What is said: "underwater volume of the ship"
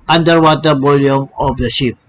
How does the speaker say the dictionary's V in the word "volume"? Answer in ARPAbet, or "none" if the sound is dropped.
B